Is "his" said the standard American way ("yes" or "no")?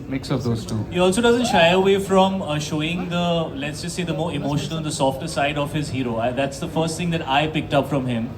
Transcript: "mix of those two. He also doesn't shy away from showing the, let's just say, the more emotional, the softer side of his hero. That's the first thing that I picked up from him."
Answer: yes